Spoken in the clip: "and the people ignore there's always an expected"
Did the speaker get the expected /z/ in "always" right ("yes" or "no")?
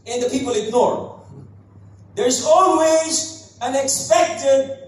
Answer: yes